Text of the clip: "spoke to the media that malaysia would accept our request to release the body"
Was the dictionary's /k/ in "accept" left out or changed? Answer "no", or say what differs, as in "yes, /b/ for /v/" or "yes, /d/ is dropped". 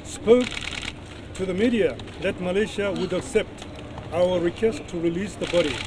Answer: no